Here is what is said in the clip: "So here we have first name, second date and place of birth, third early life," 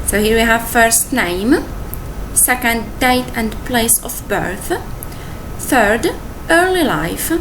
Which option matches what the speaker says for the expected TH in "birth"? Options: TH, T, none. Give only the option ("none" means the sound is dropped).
TH